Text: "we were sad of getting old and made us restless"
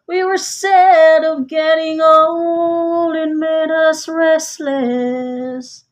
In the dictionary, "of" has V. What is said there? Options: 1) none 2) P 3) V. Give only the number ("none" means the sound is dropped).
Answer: 3